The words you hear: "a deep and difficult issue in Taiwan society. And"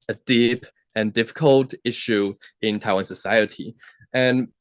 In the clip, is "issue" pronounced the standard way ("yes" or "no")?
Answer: yes